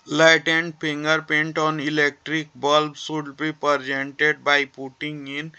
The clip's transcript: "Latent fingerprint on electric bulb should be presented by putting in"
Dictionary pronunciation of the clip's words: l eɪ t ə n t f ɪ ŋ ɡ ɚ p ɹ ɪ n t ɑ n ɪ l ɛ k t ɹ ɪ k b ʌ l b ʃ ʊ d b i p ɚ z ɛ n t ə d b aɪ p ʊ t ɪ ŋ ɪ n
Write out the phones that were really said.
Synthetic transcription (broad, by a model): l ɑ t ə n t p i ŋ ɡ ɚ p ɛ n t ɑ n ɪ l ɛ k t ɹ ɪ k b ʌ l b s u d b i p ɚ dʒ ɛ n t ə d b aɪ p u t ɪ ŋ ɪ n